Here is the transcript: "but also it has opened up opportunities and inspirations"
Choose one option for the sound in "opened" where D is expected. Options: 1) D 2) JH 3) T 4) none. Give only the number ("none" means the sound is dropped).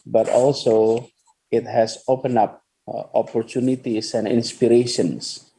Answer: 4